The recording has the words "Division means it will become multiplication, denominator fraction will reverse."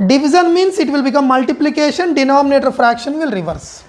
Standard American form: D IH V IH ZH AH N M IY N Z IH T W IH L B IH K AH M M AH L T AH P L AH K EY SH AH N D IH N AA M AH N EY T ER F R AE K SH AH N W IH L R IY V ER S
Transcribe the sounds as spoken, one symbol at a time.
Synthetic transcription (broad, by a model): D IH V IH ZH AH N M IY N S IH T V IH L B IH K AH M M AH L T AH P L AH K EY SH AH N D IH N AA M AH N EY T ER F R AE K SH AH N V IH L R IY V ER S